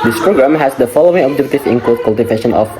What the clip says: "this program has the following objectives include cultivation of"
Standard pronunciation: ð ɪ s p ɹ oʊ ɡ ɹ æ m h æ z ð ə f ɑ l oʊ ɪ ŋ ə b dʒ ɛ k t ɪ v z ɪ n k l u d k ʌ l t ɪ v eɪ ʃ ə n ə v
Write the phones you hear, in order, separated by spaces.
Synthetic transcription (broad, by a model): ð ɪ s p ɹ oʊ ɡ ɹ æ m h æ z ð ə f ɑ l oʊ ɪ ŋ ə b dʒ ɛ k t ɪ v ɪ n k ɔ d k ʌ l t ɪ v eɪ ʃ ə n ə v